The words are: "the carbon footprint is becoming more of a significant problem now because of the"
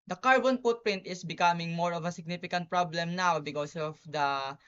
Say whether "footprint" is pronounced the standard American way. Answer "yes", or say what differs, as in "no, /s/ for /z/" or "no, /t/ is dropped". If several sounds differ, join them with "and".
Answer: no, /p/ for /f/